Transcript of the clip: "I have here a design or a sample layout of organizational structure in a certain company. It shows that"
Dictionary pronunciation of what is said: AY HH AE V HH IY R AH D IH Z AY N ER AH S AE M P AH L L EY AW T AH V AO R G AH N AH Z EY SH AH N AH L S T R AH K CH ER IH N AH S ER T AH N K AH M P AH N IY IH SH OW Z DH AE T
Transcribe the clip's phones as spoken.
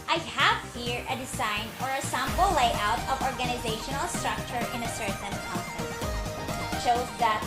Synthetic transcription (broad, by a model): AY HH AE V HH IY R AH D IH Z AY N ER AH S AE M B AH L L EY AW T AH V AO R G AH N AH Z EY SH AH N AH L S T R AH K CH ER IH N AH S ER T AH N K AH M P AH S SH OW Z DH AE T